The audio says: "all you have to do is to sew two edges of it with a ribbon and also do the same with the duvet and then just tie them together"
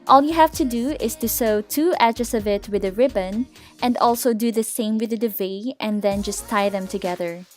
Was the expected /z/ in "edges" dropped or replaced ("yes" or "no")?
yes